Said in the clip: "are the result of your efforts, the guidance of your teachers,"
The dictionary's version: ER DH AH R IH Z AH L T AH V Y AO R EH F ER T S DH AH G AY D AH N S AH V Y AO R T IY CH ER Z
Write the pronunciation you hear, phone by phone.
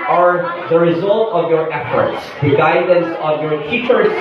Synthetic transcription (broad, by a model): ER DH AH R IH Z AH L T AH V Y AO R EH F ER T S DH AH G AY D AH N S AH V Y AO R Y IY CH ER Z